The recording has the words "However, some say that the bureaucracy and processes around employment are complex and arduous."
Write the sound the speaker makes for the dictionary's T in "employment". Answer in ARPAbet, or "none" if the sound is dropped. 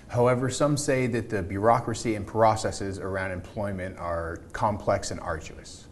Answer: T